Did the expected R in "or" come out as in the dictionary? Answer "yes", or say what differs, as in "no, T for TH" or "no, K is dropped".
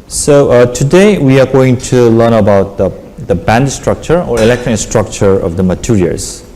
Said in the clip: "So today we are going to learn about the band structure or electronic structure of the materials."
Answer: yes